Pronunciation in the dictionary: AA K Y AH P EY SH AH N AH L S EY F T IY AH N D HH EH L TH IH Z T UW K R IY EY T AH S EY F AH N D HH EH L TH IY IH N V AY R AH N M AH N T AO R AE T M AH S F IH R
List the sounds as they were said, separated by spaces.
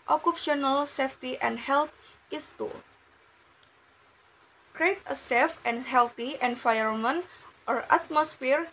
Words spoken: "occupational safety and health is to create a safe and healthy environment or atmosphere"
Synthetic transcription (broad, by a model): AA K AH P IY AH N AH L S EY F T IY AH N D HH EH L T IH S T UW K R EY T AH S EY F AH N HH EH L T IY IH N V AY AH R M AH N T AO R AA T M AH S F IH R